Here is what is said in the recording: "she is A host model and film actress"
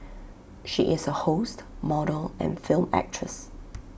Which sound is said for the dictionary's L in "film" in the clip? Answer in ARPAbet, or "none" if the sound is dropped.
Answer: L